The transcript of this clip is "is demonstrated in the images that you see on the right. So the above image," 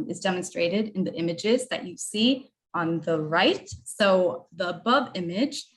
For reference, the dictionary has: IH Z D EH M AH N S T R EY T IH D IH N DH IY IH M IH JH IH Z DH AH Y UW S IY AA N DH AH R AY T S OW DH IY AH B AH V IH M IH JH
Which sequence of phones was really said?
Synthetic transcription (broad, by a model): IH Z D EH M AH N S T R EY T IH D IH N DH IY IH M IH JH IH Z DH AH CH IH S IY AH N DH AH R AY T S OW DH IY AH B AH V IH M IH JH